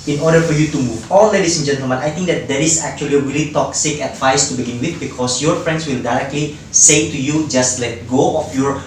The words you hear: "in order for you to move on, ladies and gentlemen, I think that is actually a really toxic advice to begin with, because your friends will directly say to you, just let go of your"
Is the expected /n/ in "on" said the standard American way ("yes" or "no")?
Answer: no